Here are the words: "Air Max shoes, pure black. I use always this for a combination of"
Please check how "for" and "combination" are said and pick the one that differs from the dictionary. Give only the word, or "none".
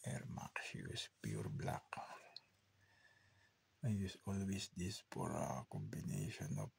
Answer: for